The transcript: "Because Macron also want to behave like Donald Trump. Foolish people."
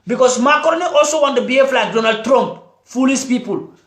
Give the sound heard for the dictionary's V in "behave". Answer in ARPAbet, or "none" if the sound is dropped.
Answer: F